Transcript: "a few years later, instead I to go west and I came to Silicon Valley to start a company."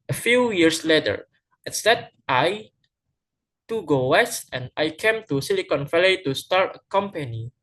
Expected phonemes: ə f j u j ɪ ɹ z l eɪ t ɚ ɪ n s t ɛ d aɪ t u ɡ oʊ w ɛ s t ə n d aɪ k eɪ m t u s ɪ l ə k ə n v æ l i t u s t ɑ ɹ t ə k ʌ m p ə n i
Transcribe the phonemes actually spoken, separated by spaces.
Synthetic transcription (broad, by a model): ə f j u j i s l eɪ t ɚ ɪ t s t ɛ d aɪ t u ɡ oʊ w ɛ s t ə n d aɪ k eɪ m t u s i l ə k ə n f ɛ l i t u s t ɑ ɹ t ə k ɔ m p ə n i